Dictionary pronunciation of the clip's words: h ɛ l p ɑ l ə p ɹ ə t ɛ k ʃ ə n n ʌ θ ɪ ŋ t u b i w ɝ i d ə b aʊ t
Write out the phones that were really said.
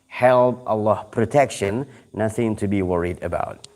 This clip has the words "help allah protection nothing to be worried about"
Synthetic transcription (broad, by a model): h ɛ l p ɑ l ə p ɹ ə t ɛ k ʃ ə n n ʌ θ ɪ ŋ t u b i w ɝ i d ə b aʊ t